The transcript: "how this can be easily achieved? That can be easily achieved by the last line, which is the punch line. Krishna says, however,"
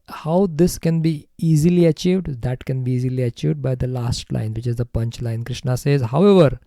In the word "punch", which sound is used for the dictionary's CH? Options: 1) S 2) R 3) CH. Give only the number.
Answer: 3